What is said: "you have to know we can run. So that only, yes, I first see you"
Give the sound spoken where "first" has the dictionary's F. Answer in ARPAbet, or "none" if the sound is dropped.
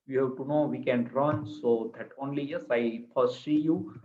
P